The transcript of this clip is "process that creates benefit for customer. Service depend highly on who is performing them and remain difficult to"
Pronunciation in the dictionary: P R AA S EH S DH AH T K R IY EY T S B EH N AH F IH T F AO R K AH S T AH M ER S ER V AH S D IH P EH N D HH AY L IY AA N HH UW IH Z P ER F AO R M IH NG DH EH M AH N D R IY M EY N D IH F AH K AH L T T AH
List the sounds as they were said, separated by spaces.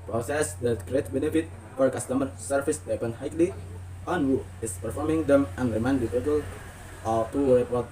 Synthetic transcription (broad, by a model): P R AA S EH S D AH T K R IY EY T B EH N AH F IH T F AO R K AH S T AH M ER S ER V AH S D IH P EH N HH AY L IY AA N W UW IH S P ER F AO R M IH NG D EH M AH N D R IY M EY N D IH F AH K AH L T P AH